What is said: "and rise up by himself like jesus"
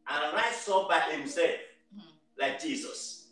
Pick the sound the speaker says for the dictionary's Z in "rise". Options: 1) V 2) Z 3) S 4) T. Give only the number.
3